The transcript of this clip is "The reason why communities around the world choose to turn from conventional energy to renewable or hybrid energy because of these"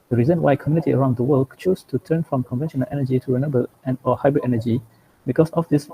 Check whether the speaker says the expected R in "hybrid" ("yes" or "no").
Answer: yes